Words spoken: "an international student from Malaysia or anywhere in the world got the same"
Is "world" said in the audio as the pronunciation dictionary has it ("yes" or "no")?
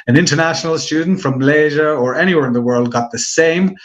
yes